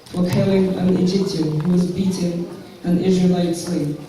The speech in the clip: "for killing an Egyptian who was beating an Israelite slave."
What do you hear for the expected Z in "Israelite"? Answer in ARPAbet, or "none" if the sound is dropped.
Z